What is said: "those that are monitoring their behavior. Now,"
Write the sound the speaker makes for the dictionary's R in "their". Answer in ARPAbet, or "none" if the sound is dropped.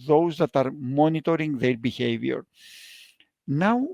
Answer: R